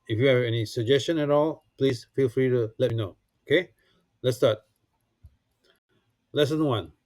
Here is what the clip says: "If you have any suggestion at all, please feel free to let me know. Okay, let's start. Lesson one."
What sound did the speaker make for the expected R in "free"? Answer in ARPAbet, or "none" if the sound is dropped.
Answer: R